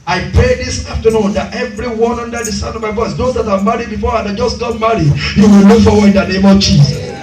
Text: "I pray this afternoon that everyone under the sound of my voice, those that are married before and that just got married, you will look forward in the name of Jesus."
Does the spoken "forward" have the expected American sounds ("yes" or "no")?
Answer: no